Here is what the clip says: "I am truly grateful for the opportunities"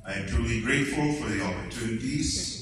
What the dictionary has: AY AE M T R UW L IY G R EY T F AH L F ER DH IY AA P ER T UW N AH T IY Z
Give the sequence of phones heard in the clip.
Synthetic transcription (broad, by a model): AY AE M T UW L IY G R EY T F AH L F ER DH IY AA P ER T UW N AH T IY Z